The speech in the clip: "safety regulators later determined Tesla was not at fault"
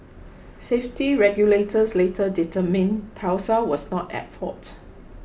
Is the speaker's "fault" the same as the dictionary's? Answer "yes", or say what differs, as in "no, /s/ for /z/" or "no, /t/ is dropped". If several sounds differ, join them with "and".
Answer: no, /l/ is dropped